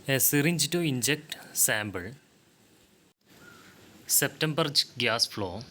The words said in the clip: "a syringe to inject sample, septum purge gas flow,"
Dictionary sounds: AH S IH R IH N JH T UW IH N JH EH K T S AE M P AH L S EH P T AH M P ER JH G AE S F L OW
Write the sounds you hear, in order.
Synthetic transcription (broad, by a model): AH S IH R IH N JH T UW IH N JH EH K T S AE M B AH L S EH P T AH M B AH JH G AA S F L OW